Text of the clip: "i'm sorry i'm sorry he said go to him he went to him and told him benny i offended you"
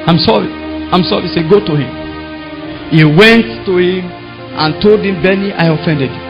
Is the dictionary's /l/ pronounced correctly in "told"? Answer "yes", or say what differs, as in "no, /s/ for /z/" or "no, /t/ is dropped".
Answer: yes